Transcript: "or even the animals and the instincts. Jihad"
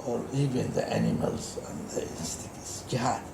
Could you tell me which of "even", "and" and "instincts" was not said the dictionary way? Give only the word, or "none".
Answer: instincts